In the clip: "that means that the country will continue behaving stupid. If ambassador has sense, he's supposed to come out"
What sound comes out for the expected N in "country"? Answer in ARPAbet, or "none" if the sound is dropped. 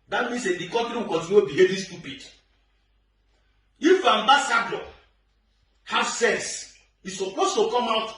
none